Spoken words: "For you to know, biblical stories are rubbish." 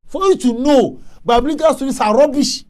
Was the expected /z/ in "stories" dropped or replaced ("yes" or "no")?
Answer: yes